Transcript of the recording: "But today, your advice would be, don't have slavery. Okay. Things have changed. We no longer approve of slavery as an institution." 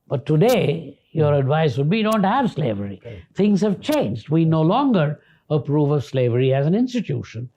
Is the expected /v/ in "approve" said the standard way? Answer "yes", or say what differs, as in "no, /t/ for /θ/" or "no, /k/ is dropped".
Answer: yes